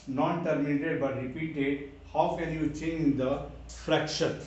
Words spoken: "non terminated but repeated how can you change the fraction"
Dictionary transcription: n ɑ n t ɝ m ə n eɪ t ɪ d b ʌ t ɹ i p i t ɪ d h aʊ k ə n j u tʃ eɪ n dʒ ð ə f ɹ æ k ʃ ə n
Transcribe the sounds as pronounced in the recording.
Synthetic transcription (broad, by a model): n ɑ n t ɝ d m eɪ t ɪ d b ʌ t ɹ i p i t ɪ d h aʊ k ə l j u tʃ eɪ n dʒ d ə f ɹ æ k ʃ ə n